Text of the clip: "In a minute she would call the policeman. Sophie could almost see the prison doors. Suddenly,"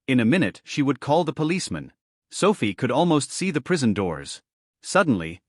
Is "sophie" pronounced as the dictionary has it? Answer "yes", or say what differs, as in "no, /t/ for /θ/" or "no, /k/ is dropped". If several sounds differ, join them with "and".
yes